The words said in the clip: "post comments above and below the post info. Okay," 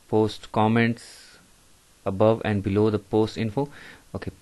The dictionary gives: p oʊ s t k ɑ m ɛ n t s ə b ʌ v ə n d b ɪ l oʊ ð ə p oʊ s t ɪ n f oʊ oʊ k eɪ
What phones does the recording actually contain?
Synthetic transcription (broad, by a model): p oʊ s t k ɑ m ɛ n t s ə b ʌ v ə n d b ɪ l oʊ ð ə p oʊ s t ɪ n f oʊ oʊ k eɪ